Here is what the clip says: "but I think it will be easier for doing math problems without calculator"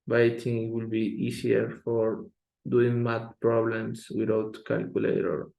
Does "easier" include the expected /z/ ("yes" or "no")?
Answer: no